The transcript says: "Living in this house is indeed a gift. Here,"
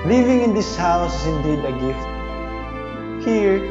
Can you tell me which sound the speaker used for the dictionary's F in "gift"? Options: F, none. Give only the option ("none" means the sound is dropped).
F